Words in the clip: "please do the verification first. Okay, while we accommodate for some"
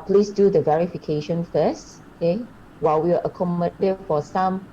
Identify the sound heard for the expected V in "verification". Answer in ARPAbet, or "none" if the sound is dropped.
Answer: V